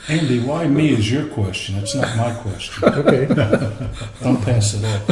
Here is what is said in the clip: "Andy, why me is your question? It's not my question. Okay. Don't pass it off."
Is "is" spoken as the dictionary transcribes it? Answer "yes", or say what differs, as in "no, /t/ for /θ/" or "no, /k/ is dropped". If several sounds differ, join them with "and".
yes